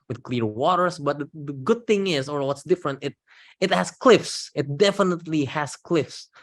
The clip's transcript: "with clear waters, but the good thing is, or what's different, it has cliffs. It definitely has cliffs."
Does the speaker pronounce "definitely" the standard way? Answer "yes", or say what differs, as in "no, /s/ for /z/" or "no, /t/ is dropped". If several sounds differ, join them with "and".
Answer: yes